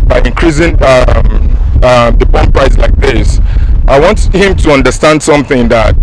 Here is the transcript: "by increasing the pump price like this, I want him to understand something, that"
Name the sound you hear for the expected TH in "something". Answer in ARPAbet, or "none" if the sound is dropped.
TH